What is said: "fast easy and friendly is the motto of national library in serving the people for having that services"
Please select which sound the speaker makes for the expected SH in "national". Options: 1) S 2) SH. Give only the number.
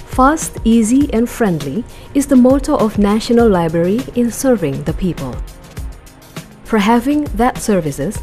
2